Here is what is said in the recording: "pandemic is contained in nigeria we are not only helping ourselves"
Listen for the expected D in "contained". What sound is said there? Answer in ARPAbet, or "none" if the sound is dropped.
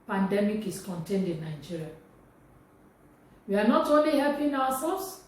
D